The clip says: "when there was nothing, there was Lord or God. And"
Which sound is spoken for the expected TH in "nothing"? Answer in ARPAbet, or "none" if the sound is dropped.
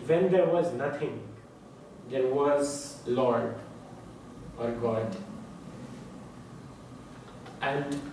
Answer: T